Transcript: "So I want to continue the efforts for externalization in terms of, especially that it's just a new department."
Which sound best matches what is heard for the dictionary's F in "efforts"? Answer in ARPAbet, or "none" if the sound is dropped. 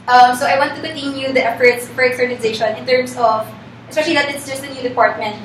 F